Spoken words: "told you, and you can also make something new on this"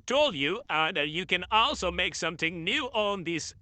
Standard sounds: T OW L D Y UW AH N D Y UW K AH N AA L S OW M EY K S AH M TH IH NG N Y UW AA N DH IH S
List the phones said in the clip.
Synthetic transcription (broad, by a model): T OW L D Y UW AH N Y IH K AH N AA L S OW M EY K S AH M TH IH NG N Y UW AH N DH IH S